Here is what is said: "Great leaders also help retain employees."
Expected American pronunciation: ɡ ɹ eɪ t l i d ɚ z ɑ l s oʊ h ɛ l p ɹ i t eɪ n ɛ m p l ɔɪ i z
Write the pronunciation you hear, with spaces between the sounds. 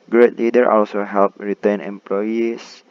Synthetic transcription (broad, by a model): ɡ ɹ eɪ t l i d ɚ ɑ l s oʊ h ɛ l p ɹ i t eɪ n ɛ m p l ɔɪ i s